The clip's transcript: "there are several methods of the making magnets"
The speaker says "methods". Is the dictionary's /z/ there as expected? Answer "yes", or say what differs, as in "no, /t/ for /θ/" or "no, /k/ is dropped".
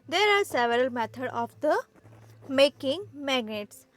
no, /z/ is dropped